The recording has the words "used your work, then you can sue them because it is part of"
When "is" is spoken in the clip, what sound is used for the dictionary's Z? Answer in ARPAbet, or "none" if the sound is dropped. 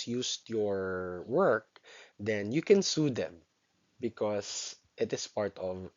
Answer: S